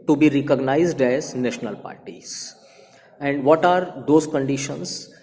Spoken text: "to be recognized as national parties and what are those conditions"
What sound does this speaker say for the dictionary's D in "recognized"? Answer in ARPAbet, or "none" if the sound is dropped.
D